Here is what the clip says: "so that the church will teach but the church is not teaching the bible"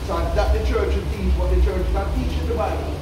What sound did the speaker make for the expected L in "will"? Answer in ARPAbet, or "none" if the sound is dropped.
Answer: N